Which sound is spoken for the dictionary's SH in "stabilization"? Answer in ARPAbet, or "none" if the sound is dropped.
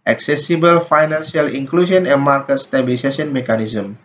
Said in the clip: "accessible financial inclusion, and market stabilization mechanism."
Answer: S